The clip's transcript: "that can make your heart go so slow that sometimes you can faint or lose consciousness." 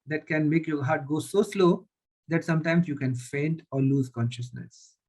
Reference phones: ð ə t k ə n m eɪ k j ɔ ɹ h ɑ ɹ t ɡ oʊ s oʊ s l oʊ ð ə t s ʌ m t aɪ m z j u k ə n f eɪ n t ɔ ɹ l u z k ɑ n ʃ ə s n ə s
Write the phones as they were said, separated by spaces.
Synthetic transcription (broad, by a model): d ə t k ə n m eɪ k j ɔ ɹ h ɑ ɹ t ɡ oʊ s oʊ s l oʊ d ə t s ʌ m t aɪ m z j u k ə n f eɪ n t ɔ ɹ l u z k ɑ n ʃ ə s n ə s